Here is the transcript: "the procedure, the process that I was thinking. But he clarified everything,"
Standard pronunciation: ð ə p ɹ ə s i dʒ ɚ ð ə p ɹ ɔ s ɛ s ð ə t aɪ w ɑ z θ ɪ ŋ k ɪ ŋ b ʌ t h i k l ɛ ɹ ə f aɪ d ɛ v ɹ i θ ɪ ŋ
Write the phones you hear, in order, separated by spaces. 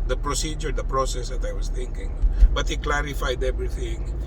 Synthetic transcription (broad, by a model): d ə p ɹ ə s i dʒ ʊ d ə p ɹ ɔ s ɛ s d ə t aɪ w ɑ s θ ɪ ŋ k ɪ ŋ b ʌ t h i k l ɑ ɹ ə f aɪ d ɛ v ɹ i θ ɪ ŋ